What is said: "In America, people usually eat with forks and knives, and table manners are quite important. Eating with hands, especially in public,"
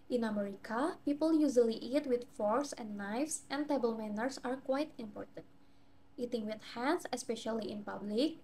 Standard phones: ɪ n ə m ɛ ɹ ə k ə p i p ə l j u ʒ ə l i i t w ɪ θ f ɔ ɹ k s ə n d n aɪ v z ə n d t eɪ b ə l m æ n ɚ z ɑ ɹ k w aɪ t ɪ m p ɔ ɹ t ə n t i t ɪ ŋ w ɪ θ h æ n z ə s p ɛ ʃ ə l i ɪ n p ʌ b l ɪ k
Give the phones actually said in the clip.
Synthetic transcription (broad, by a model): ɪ n ə m ɛ ɹ ə k ə p i p ə l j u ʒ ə l i i t w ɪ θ f ɔ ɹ s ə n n aɪ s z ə n t eɪ b ə l m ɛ n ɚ s ɑ ɹ k w aɪ t ɪ m p ɔ ɹ t ə n t i t ɪ ŋ w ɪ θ h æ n s ə s p ɛ ʃ ə l i ɪ n p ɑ b l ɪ k